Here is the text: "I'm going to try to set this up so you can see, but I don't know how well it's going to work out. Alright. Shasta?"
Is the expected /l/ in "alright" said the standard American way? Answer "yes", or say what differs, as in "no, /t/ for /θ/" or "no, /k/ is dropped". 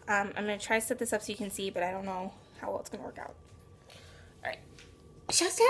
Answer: no, /l/ is dropped